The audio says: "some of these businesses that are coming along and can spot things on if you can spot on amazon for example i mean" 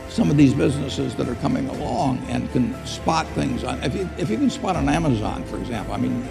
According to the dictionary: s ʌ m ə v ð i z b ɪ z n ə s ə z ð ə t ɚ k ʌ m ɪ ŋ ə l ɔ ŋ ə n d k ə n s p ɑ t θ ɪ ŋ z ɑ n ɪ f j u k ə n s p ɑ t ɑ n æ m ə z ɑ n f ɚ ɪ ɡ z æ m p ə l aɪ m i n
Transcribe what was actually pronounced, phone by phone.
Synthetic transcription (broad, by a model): s ʌ m ə v ð i z b ɪ z n ə s ə z ð ə t ɚ k ʌ m ɪ ŋ ə l ɔ ŋ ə n k ə n s p ɑ t θ ɪ ŋ z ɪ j ɪ f j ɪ k ə n s p ɑ t n æ m ə z ɑ n f ɚ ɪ ɡ z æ m p l aɪ m i n